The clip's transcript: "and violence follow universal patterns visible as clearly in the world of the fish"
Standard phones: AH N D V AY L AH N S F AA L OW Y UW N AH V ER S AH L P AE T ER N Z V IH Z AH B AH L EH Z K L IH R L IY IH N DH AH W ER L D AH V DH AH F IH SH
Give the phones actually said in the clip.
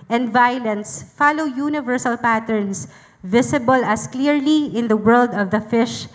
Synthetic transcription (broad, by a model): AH N D V AY L AH N S F AA L OW Y UW N AH V ER S AH L P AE T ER N S V IH S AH B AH L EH S K L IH R L IY IH N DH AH W ER L D AH V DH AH F IH SH